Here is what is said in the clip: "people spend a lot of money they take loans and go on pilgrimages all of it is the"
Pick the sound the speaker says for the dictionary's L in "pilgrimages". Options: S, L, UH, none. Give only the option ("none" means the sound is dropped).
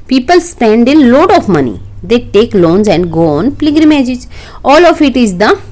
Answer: none